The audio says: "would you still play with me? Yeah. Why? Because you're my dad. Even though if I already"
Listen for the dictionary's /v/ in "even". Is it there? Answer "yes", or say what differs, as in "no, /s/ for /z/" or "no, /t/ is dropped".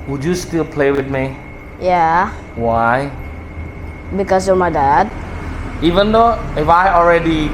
yes